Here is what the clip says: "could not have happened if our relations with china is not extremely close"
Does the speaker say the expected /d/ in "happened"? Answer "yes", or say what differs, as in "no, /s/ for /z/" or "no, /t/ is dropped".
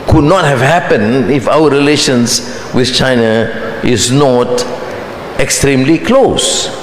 no, /d/ is dropped